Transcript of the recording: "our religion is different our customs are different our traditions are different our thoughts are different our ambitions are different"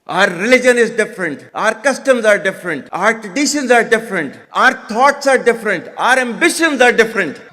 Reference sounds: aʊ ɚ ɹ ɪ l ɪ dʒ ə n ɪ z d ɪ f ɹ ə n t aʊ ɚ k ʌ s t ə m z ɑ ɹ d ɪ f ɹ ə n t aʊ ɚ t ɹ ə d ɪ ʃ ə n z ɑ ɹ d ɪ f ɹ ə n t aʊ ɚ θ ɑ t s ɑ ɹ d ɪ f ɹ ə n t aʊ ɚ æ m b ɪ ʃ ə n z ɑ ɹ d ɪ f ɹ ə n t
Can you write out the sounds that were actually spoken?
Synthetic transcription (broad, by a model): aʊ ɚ ɹ ɪ l ɪ dʒ ə n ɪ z d ɪ f ɹ ə n t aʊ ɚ k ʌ s t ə m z ɑ ɹ d ɪ f ɹ ə n t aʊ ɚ t ɹ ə d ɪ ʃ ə n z ɑ ɹ d ɪ f ɹ ə n t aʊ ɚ t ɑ t s ɑ ɹ d ɪ f ɹ ə n t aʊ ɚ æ m b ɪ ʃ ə n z ɑ ɹ d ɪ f ɹ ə n t